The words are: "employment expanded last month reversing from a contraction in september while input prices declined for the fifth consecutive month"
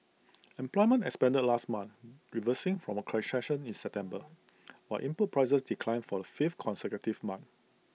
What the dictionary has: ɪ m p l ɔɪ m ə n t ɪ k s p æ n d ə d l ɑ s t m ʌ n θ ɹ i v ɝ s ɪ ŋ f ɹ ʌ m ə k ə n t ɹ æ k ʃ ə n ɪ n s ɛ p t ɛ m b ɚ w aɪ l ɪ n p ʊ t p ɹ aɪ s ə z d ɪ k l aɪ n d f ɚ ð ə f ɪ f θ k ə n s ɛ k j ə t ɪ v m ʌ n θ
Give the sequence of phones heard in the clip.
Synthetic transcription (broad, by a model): ɪ m p l ɔɪ m ə n t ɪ k s p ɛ n d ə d l ɑ s t m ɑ n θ ɹ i v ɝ s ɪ ŋ f ɹ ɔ m ə k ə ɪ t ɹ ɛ ʃ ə n ɪ n s ɛ p t ɛ m b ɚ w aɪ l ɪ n p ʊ t p ɹ aɪ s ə s d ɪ k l aɪ n f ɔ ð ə f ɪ f t k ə n s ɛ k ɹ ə t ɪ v m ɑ n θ